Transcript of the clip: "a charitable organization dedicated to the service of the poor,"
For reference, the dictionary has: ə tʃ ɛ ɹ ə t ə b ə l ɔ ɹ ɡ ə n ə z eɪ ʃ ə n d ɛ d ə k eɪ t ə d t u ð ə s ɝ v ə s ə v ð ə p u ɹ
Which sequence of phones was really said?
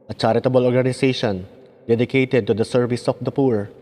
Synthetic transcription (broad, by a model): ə tʃ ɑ ɹ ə t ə b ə l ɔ ɹ ɡ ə n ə s eɪ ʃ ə n d ɛ d ə k eɪ t ə d t u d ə s ɝ v ə s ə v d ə p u ɹ